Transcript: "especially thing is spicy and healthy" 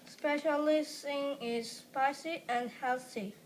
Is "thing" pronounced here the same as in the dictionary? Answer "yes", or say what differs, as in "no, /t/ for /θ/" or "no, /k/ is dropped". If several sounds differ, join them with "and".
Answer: no, /s/ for /θ/